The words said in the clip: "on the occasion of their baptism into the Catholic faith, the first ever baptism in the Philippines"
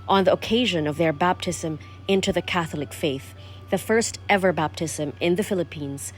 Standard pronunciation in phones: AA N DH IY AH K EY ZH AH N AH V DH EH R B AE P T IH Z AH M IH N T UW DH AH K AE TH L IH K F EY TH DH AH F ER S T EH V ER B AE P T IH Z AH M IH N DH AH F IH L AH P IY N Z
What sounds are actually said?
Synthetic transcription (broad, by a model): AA N DH IY AH K EY ZH AH N AH V DH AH R B AE P T IH Z AH M IH N T UW DH AH K AE TH L IH K F EY TH DH AH F ER S T EH V ER B AE P T IH Z AH M IH N DH AH F IH L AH P IY N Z